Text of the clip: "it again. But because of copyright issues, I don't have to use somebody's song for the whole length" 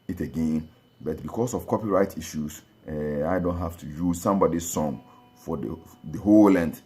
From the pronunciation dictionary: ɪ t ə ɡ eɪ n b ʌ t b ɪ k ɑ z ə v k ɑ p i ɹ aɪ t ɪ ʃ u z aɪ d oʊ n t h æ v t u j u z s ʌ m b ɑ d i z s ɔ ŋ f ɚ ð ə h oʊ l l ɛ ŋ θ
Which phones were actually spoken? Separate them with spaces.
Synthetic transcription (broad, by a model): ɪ t ə ɡ eɪ n b ʌ t b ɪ k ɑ s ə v k ɑ p i ɹ aɪ t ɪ ʃ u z aɪ d oʊ n t h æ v t u j u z s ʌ m b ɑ d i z s ɔ ŋ f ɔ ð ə h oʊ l l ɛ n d